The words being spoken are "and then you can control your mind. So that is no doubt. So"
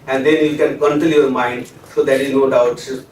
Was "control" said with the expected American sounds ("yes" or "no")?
no